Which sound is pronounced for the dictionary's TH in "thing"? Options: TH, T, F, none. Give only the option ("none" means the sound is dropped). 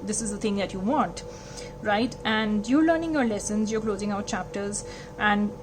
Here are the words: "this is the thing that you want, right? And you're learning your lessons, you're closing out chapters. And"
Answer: T